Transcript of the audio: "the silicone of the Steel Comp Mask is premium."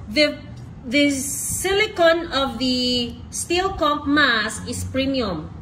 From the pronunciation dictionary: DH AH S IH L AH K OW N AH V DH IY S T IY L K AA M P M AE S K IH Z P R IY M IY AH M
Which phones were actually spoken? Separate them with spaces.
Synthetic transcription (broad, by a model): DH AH S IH L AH K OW N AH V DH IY S T IY L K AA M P M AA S IH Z P R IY M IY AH M